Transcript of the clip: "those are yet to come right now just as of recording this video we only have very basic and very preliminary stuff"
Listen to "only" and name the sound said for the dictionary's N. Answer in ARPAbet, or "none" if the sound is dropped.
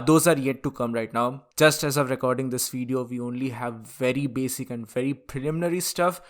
N